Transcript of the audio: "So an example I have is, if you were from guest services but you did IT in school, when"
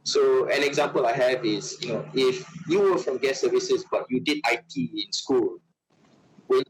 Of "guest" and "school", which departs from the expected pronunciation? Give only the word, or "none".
guest